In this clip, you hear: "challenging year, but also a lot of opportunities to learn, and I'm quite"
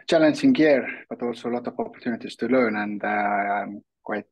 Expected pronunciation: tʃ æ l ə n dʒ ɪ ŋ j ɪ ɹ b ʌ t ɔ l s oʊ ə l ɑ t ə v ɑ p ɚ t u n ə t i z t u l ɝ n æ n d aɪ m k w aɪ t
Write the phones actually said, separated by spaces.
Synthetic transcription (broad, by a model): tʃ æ l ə n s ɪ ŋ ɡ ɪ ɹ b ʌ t ɔ l s oʊ l ɑ t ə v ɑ p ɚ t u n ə t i s t u l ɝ n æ n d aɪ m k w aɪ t